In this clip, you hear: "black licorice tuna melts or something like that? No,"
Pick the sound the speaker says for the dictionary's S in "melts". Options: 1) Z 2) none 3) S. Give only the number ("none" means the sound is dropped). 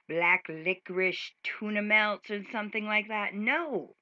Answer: 3